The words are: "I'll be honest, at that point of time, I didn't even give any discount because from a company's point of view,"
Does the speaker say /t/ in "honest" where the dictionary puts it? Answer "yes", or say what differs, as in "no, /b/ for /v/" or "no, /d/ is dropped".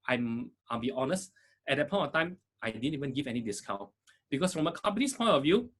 yes